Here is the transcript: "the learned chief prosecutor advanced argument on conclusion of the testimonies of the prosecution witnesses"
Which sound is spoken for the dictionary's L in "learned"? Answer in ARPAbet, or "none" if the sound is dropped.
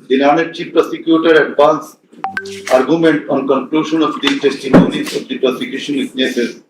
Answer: N